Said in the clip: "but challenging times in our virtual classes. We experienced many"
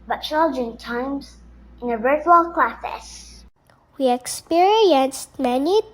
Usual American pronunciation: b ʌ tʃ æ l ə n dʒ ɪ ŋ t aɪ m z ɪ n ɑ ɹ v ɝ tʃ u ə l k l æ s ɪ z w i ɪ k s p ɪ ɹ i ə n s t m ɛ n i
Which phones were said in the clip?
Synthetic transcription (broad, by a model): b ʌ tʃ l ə dʒ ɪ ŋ t aɪ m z ɪ n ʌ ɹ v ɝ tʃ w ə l k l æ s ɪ s w i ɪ k s p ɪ ɹ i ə n s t m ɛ n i